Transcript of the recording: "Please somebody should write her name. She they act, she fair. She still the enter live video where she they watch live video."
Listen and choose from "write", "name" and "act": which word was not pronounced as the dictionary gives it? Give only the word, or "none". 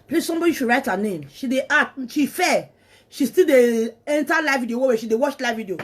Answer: act